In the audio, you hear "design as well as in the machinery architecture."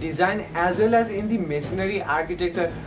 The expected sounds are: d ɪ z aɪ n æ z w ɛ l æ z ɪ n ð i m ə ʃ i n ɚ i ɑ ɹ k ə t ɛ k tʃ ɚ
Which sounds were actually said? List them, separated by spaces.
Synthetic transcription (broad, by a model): d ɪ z aɪ n æ z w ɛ l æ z ɪ n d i m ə s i n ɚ i ɑ ɹ k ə t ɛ k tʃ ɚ